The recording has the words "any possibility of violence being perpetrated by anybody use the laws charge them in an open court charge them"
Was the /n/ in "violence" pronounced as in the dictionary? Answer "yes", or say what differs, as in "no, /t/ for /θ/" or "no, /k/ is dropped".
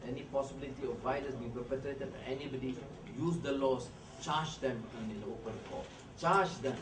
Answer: no, /n/ is dropped